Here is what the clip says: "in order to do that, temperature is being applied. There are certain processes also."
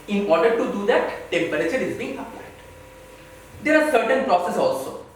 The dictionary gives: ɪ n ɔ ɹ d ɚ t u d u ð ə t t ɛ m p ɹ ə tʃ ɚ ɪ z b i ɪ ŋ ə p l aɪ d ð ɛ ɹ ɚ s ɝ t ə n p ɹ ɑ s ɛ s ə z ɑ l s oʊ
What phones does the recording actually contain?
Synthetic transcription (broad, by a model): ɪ n ɔ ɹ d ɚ t u d u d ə t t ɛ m b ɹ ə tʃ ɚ ɪ z b i ɪ ŋ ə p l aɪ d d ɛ ɹ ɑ s ɝ t ə n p ɹ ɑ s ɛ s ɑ l s oʊ